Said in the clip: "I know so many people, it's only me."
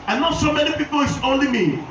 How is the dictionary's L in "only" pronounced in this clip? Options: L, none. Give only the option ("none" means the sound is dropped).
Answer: L